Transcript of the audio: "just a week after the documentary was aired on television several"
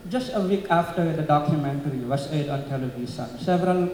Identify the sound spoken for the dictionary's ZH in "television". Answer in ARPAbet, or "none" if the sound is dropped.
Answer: S